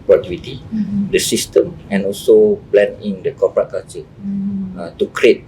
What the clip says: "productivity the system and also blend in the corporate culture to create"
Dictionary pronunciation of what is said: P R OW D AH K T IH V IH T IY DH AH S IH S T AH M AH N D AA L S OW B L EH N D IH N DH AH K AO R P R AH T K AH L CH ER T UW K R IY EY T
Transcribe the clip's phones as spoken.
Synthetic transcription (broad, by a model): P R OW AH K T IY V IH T IY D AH S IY S T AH M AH N AA L S OW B L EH N IH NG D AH K AO P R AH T K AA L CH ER T UW K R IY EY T